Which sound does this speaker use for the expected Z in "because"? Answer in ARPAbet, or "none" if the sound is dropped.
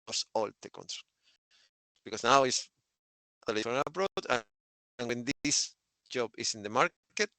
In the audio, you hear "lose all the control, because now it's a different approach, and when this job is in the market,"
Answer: S